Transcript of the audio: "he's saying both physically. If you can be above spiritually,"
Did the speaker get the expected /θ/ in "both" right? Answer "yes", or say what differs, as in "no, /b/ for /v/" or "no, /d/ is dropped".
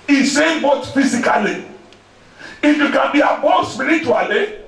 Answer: no, /t/ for /θ/